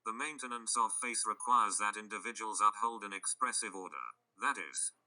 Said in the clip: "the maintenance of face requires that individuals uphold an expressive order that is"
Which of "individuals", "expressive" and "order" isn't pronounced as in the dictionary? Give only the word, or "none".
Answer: none